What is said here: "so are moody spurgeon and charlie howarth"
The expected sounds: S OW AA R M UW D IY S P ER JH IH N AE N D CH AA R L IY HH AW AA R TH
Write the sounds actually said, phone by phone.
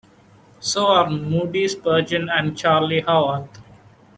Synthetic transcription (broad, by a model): S OW AA R M UW D IY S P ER JH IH N AE N D CH AA R L IY HH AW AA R T